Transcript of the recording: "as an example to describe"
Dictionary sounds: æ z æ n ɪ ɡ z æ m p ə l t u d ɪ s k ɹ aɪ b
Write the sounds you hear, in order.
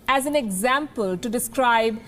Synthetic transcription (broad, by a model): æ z æ n ɪ ɡ z æ m p ə l t u d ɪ s k ɹ aɪ b